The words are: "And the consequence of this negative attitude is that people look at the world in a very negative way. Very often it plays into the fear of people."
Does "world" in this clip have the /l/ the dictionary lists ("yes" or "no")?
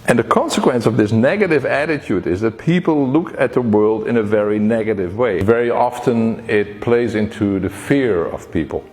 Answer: yes